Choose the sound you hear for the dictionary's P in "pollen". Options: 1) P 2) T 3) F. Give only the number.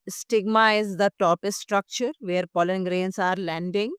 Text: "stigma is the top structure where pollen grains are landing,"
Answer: 1